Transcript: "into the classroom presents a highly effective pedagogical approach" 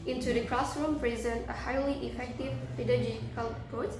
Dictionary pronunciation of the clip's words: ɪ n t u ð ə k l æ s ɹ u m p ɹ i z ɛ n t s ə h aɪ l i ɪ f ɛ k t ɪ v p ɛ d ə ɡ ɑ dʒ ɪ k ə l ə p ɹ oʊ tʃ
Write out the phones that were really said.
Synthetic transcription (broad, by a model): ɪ n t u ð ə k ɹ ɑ s ɹ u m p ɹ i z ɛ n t ə h aɪ l i ɪ f ɛ k t ɪ v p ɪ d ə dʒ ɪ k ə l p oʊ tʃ